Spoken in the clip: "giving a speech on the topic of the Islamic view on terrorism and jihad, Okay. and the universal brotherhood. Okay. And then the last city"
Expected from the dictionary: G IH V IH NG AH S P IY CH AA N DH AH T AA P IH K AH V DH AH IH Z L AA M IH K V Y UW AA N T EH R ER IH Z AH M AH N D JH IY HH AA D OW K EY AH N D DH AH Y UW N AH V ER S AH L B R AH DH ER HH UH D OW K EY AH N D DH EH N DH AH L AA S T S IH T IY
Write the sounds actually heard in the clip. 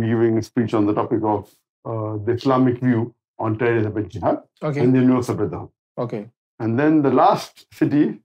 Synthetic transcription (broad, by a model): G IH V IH NG AH S P IY CH AA N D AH T AA P IH K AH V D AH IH S L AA M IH K V Y UW AA N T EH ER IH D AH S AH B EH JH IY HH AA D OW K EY AH N D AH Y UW AH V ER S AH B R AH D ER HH OW K EY AH N D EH N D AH L AA S T S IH T IY